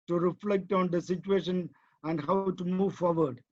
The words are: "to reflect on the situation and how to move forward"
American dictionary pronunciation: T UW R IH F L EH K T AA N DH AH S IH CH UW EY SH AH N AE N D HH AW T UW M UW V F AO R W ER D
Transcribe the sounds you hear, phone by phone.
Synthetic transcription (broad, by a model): T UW R IH F L EH K T AA N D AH S IH CH UW EY SH AH N AE N D HH AW T UW M UW V F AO R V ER D